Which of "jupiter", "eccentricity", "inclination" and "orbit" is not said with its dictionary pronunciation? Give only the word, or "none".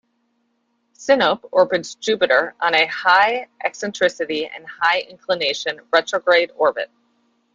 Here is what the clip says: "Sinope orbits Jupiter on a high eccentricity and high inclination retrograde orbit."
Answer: none